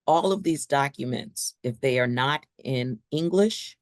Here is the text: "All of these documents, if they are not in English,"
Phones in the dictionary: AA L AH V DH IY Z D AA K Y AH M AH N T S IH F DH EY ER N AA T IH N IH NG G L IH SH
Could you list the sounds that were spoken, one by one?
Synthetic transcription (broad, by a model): AA L AH V DH IY Z D AA K Y AH M AH N T S IH F DH EY ER N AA T IH N IH NG G L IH SH